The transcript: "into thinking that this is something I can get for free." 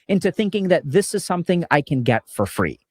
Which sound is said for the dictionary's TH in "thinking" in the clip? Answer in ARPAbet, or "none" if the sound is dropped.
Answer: TH